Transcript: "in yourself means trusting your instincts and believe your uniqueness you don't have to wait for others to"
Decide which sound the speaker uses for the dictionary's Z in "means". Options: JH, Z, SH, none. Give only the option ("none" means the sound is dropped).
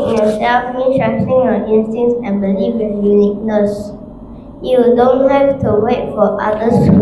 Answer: none